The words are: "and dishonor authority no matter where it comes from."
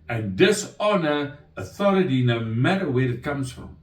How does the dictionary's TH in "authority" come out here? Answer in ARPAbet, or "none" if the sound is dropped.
TH